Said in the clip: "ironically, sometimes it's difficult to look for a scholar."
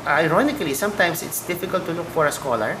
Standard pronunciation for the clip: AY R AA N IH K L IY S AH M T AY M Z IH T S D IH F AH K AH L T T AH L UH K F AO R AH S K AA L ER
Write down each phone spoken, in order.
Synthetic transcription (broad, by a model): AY R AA N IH K L IY S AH M T AY M S IH T S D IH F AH K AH L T T AH L UH K F AO R AH S K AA L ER